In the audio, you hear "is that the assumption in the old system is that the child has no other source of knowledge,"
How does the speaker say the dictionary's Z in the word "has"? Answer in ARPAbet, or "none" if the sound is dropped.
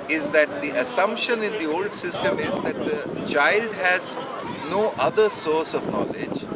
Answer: Z